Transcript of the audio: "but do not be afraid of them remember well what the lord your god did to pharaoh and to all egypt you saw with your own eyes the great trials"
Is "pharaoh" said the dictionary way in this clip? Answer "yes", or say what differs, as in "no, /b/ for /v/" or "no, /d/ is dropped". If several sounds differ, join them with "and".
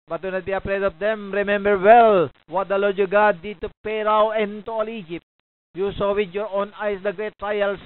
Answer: no, /p/ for /f/